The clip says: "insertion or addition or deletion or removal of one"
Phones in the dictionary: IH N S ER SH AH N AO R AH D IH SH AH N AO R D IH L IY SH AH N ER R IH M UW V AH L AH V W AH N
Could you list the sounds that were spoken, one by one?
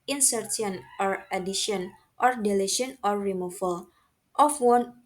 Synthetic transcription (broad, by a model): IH N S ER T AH N AO R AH D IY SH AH N AO R D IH L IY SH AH N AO R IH M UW F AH L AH F W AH N